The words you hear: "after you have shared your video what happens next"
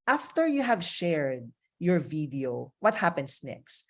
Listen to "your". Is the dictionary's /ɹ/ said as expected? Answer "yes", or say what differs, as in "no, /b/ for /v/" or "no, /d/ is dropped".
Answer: yes